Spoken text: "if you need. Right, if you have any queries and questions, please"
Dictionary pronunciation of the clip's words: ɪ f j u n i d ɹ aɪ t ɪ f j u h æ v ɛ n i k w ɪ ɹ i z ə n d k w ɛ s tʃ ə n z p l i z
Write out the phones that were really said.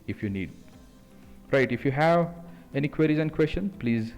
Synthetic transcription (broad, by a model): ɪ f j u n i d ɹ aɪ t ɪ f j u h æ v ɛ n i k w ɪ ɹ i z ə n d k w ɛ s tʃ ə n p l i z